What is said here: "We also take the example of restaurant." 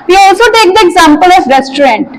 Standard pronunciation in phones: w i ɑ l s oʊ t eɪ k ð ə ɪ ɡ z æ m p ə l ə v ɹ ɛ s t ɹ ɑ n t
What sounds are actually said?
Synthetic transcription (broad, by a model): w i ɑ l s oʊ t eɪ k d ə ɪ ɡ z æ m p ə l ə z ɹ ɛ s t ɹ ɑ n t